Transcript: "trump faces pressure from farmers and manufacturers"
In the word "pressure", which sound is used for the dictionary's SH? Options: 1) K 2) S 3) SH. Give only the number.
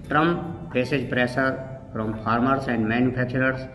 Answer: 2